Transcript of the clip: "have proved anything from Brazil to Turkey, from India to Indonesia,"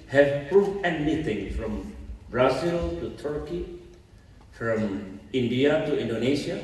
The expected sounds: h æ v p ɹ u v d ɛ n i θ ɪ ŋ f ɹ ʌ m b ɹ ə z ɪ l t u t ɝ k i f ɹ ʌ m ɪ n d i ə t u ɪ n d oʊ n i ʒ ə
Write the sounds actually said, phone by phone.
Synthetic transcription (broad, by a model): h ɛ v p ɹ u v ɛ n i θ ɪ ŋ f ɹ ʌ m b ɹ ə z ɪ l t u t ɝ k i f ɹ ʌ m ɪ n d i ə t u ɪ n d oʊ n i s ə